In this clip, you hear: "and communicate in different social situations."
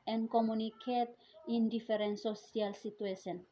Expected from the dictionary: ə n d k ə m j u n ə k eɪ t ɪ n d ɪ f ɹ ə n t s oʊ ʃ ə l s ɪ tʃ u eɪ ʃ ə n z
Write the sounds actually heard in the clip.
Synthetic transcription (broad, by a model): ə n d k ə m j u n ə k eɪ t ɪ n d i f ɹ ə n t s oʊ s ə l s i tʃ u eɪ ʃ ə n